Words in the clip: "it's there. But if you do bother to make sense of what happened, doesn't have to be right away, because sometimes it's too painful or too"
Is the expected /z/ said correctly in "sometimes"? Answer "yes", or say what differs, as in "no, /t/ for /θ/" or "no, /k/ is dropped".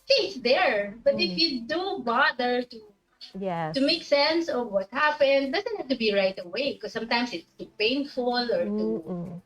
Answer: no, /s/ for /z/